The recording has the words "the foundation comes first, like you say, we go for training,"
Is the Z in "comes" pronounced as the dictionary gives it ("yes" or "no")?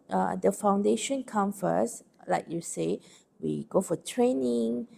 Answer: no